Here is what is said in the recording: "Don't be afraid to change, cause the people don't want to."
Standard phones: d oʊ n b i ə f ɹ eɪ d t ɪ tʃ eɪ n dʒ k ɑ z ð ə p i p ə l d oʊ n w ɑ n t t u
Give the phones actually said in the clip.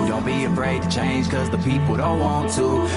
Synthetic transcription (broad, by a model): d oʊ n b i ə f ɹ eɪ d t ɪ tʃ eɪ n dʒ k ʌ z ð ə p i p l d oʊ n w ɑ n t t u